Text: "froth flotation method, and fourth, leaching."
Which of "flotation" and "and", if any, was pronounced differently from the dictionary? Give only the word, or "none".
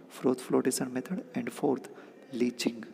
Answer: flotation